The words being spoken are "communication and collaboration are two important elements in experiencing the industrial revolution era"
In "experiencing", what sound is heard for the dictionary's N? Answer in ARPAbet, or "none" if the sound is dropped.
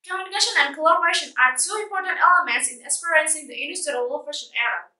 none